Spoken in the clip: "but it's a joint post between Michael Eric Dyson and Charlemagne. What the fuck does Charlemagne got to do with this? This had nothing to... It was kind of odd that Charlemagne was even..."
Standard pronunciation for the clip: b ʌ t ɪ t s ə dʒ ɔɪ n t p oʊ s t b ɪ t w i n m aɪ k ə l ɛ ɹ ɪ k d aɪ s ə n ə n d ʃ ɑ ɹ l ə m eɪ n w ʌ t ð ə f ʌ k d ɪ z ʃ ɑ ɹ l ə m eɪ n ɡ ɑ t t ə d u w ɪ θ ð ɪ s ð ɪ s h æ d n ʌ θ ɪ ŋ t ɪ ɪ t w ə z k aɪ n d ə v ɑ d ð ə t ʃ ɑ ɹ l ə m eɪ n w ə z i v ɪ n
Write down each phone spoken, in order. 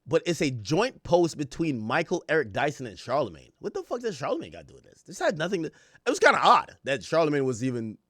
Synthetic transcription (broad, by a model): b ʌ t ɪ t s ə dʒ ɔɪ n p oʊ s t b ɪ t w i n m aɪ k l ɛ ɹ ɪ k d aɪ s ə n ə n ʃ ɑ ɹ l ə m eɪ n w ʌ t ð ə f ʌ k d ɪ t ʃ ɑ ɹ l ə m eɪ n ɡ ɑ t t d u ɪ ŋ ð ɪ s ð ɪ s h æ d n ʌ θ ɪ ŋ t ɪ ɪ t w ə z k aɪ n d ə ɑ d ð ə t ʃ ɑ ɹ l ə m eɪ n w ə z i v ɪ n